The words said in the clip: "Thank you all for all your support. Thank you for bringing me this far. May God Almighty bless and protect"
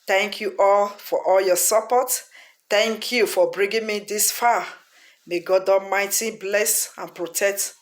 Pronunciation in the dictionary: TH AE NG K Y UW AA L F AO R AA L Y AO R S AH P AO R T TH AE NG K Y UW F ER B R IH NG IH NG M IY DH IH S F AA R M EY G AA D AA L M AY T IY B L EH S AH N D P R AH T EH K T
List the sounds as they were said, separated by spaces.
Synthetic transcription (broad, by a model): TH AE NG K Y UW AA L F AO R AA L Y AO S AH P AO T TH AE NG K Y UW F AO B R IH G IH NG M IY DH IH S F AA M EY G AA D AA M AY T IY B L EH S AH N P R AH T EH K T